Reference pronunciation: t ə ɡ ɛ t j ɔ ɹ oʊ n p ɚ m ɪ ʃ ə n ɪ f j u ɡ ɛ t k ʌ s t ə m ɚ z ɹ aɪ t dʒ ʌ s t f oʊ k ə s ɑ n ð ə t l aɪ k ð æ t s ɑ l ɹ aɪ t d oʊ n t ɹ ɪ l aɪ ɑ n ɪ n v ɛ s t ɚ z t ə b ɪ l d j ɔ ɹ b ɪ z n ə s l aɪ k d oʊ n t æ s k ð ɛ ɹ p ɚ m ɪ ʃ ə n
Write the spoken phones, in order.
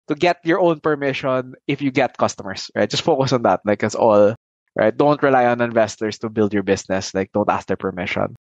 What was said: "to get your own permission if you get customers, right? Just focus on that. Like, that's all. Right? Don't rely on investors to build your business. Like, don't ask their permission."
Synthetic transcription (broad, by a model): t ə ɡ ɛ t j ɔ ɹ oʊ n p ɚ m ɪ ʃ ə n ɪ f j u ɡ ɛ t k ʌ s t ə m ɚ s ɹ aɪ t dʒ ʌ s t f oʊ k ə s ɑ n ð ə t l aɪ k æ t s ɑ l ɹ aɪ t d oʊ n t ɹ ɪ l aɪ ɑ n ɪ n v ɛ s t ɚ s t ə b ɪ l d j ɔ ɹ b ɪ s n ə s l aɪ k d oʊ n t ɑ s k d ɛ ɹ p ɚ m ɪ ʃ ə n